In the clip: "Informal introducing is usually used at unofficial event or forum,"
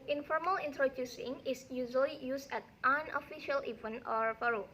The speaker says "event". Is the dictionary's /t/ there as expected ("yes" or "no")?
no